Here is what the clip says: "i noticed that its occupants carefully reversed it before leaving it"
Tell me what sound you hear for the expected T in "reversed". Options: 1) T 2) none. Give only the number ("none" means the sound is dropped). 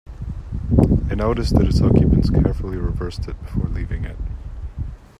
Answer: 1